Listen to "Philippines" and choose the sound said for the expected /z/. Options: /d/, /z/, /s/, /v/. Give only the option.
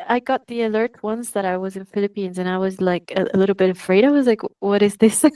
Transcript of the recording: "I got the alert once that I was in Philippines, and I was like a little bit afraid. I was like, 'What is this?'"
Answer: /z/